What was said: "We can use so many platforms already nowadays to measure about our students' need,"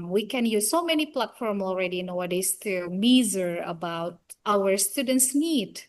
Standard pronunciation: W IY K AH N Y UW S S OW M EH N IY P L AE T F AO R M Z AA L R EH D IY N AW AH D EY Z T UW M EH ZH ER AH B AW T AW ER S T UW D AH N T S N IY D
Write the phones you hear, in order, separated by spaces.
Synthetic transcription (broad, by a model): W IY K AH N Y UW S S OW M EH N IY P L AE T F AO R M AA L R EH D IY N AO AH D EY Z T UW M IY Z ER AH B AW T AW ER S T UW D AH N T S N IY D